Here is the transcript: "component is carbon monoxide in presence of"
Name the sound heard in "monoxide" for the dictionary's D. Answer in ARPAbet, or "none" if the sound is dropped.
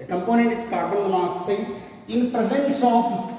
none